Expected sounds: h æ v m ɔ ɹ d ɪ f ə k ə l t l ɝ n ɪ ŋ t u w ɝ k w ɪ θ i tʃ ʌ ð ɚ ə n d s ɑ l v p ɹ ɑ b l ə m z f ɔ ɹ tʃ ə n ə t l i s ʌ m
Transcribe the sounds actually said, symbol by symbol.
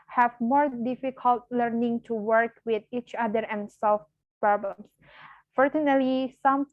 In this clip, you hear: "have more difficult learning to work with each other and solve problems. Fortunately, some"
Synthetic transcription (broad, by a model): h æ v m ɔ ɹ d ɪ f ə k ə l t l ɝ n ɪ ŋ t u w ɝ k w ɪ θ i tʃ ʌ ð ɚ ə n s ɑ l f p ɹ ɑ b l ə m s f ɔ ɹ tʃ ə n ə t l i s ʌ m